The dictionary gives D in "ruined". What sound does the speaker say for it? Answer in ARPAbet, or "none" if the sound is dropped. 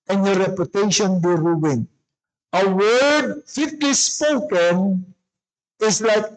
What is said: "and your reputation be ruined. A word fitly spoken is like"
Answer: none